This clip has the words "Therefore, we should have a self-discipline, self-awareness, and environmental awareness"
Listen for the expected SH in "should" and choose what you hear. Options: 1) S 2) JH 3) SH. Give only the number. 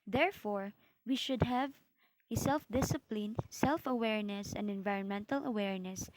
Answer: 3